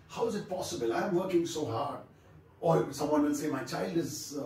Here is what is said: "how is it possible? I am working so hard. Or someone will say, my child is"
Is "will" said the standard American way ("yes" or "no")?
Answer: yes